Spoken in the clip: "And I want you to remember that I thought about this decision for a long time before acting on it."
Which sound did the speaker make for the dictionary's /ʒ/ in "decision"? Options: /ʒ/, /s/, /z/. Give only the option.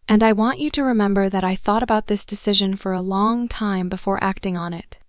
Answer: /ʒ/